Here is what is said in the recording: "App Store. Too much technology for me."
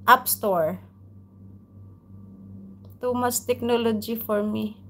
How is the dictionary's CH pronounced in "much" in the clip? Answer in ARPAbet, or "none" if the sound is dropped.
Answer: S